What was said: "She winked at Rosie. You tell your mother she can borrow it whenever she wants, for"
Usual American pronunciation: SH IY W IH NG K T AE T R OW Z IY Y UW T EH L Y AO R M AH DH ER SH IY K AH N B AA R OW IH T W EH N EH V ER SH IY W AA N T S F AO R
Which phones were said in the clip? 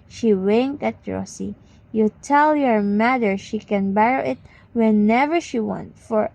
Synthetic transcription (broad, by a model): SH IY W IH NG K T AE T R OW S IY Y UW T EH L Y AO R M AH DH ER SH IY K AH N B AA R OW IH T W EH N EH V ER SH IY W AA N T F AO R